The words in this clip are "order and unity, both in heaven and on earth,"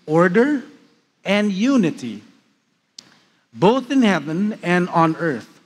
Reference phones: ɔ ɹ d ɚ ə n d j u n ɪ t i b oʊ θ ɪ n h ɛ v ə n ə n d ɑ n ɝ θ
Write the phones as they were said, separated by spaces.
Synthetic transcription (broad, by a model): ɔ ɹ d ɚ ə n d j u n ɪ t i b oʊ θ ɪ n h ɛ v ə n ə n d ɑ n ɝ θ